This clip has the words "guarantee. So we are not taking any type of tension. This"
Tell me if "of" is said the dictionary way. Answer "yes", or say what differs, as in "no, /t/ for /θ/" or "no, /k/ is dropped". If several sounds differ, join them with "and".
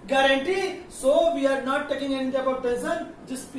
no, /p/ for /v/